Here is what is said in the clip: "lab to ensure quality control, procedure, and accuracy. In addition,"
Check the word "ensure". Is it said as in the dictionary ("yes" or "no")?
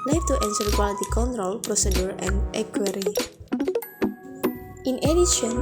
no